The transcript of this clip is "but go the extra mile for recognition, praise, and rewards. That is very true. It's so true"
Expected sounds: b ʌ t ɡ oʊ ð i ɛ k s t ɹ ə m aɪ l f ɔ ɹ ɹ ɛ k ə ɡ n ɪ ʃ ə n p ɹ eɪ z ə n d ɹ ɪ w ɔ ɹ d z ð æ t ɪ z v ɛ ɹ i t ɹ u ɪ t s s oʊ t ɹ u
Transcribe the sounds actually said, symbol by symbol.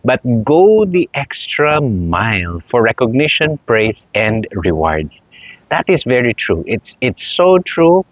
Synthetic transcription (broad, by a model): b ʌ t ɡ oʊ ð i ɛ k s t ɹ ə m aɪ l f ɔ ɹ ɹ ɛ k ə ɡ n ɪ ʃ ə n p ɹ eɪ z ə n d ɹ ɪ w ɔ ɹ d s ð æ t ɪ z v ɛ ɹ i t ɹ u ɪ t s s oʊ t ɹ u